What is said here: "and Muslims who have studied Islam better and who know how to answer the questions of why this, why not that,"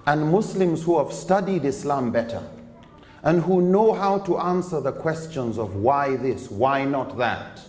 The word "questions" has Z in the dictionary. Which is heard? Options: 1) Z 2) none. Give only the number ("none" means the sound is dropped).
1